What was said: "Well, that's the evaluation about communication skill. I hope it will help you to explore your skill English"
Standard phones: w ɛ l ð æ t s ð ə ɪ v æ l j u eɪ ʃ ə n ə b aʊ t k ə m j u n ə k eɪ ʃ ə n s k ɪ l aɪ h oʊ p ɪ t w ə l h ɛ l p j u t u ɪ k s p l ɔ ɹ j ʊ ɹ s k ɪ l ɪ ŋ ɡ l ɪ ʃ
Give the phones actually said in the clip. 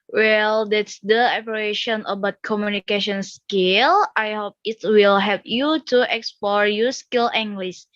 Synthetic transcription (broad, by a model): w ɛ l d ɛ t s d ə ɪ p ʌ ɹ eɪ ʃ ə n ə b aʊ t k ə m j u n ə k eɪ ʃ ə n s k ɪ l aɪ h oʊ p ɪ t w ə l h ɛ p j u t u ɪ k s p l ɔ ɹ j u s k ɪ l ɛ ŋ ɡ l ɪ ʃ